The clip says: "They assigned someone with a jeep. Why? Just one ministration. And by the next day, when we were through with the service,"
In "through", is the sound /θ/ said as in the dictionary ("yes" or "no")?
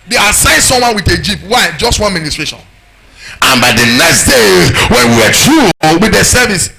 no